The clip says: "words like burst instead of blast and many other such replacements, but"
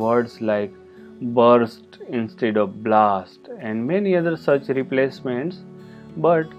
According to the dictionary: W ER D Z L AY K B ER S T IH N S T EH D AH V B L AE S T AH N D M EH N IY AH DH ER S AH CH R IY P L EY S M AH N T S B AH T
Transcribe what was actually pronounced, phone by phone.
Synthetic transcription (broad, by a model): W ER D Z L AY K B ER S T IH N S T EH D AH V B L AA S T AH N D M EH N IY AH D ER S AH CH R IY P L EY S M AH N T S B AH T